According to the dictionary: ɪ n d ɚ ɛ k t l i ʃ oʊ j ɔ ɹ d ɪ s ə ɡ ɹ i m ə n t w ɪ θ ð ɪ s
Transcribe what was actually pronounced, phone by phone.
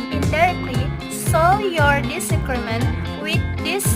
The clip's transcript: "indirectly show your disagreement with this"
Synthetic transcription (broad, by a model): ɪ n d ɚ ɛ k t l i s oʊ j ɔ ɹ d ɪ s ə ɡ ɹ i m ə n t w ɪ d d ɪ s